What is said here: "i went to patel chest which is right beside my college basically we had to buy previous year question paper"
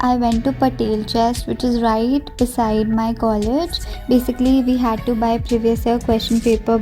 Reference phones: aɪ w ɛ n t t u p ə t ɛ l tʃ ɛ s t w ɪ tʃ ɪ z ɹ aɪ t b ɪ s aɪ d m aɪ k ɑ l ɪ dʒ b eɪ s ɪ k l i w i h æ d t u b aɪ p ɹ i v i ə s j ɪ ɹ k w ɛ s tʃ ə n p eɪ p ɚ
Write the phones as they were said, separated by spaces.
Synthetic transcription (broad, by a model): aɪ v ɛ n t t u p ə t ɛ l tʃ ɛ s t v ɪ tʃ ɪ z ɹ aɪ t b ɪ s aɪ d m aɪ k ɑ l ɪ dʒ b eɪ s ɪ k l i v i h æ d t u b aɪ p ɹ i v i ə s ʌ k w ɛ s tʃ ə n p eɪ p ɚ